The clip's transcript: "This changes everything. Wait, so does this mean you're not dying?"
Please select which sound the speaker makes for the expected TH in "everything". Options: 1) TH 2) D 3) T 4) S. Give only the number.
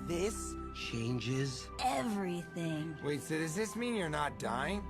1